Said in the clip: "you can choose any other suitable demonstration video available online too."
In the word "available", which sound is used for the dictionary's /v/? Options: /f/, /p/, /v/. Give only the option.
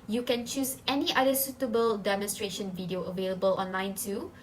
/v/